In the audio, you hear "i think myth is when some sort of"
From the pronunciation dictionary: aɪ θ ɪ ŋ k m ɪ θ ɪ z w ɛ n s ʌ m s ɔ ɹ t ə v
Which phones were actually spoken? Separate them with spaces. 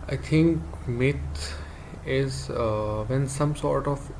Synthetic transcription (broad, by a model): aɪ t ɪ ŋ k m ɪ t ɪ z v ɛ n s ʌ m s ɔ ɹ t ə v